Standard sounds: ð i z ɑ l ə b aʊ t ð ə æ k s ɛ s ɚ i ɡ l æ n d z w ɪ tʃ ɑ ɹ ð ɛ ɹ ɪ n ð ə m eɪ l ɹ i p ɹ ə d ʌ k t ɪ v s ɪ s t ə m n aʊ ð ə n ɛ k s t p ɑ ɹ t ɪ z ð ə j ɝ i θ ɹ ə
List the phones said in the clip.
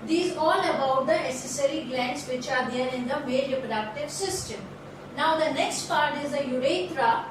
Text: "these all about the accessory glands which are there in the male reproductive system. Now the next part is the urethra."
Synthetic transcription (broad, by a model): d i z ɑ l ə b aʊ t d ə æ s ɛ s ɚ i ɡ l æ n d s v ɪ tʃ ɑ ɹ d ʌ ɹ ɪ n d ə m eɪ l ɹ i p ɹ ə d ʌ k t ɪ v s ɪ s t ə m n aʊ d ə n ɛ k s t p ɑ ɹ t ɪ z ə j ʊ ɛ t ɹ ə